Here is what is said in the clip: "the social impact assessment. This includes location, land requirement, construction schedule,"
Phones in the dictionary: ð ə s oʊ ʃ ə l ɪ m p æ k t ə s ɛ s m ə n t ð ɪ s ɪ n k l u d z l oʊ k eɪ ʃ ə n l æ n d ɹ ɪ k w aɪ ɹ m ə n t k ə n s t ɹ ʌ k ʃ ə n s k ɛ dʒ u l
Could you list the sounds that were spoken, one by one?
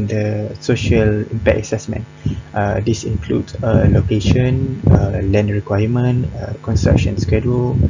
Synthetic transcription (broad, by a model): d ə s oʊ ʃ ə l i m p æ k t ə s ɛ s m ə n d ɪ s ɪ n k l u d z l oʊ k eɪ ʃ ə n l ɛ n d ɹ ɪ k w aɪ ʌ m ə n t k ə n s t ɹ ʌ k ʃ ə n s k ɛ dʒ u l